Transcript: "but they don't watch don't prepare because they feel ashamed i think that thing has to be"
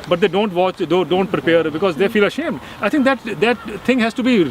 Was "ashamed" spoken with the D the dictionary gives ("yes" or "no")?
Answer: yes